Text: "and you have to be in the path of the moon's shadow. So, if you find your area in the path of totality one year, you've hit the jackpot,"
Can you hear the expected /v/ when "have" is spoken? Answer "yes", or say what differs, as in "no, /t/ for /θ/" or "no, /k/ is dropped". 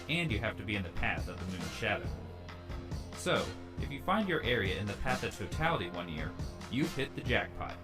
no, /f/ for /v/